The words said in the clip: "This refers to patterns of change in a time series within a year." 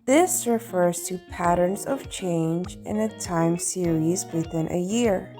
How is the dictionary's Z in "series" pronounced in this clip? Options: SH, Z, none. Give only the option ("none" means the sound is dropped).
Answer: Z